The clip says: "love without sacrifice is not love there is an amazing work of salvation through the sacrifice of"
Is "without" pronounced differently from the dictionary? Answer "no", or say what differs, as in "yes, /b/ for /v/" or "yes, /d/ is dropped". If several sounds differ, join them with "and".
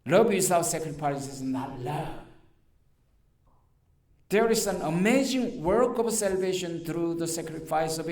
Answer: yes, /s/ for /θ/